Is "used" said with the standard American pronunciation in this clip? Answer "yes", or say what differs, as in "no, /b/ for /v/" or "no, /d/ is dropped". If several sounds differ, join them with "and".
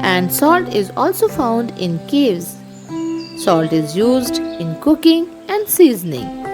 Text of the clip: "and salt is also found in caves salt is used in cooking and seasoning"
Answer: yes